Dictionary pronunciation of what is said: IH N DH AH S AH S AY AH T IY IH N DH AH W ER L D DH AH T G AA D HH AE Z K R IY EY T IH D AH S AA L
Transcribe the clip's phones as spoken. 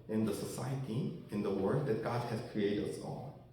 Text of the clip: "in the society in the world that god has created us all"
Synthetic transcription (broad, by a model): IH N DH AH S AH S AY AH T IY IH N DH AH W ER D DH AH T G AA D HH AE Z K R IY EY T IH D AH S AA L